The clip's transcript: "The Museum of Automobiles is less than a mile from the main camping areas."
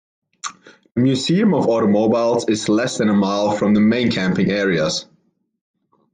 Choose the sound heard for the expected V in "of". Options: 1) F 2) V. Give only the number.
2